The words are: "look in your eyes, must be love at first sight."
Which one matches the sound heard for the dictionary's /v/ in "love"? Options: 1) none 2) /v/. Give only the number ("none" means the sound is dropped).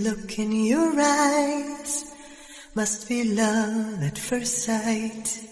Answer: 1